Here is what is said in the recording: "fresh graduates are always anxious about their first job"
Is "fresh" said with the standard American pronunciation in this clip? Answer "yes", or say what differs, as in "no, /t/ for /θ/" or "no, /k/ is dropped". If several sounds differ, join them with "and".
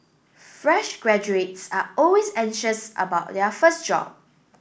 yes